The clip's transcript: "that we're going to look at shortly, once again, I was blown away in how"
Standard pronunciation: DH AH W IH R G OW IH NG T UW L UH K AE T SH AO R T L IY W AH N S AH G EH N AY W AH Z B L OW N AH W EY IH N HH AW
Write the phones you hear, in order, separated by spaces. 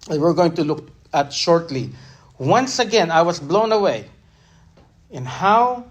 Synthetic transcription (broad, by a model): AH W IH R G OW IH NG T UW L UH K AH T SH AO R T L IY W AH N S AH G EH N AY W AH S B L OW N AH W EY IH N HH AW